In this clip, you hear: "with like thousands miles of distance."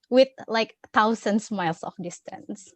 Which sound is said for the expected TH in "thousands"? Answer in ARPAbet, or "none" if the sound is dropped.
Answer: T